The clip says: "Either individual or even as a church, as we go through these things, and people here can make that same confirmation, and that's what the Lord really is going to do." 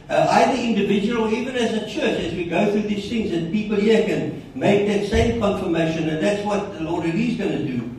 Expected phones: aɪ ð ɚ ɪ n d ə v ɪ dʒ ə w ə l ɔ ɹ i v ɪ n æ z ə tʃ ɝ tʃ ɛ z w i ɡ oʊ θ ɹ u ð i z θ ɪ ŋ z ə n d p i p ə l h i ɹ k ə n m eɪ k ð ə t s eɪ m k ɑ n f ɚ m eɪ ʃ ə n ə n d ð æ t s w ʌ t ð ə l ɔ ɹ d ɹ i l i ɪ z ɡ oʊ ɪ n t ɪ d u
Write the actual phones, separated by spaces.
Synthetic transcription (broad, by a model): aɪ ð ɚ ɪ n d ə v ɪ dʒ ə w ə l ɔ ɹ i v ɪ n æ z ə tʃ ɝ tʃ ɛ z w i ɡ oʊ θ ɹ u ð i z θ ɪ ŋ z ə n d p i p ə l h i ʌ k ə n m eɪ k ð ə t s eɪ m k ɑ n f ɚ m eɪ ʃ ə n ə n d ð æ t s w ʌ t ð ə l ɔ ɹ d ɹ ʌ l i z ɡ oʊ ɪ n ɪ d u